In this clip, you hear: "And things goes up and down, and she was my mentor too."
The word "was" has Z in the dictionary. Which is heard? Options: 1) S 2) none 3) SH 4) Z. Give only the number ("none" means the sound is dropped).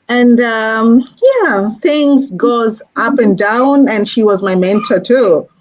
4